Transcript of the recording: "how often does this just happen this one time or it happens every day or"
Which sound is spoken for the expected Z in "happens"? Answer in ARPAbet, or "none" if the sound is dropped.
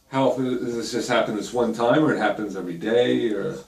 Z